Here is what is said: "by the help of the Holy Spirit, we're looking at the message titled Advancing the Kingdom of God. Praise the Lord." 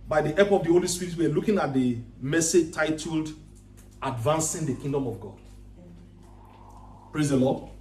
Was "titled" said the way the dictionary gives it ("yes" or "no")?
yes